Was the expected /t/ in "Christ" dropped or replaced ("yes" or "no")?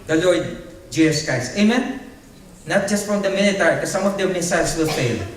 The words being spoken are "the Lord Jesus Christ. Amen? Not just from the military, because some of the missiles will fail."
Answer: yes